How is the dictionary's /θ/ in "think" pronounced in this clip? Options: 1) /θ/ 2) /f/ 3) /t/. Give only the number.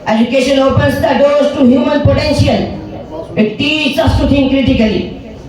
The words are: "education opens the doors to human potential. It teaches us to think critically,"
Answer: 3